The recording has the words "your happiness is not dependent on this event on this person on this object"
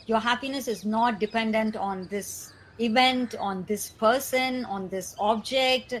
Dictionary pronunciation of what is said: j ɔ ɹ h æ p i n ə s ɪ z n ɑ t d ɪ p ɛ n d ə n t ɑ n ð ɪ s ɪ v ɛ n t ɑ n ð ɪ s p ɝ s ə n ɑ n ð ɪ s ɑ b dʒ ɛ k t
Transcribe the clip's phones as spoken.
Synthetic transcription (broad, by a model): j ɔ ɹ h æ p i n ə s ɪ z n ɑ t d ɪ p ɛ n d ə n t ɑ n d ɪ s ɪ v ɛ n t ɑ n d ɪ s p ɝ s ə n ɑ n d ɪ s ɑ b dʒ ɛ k t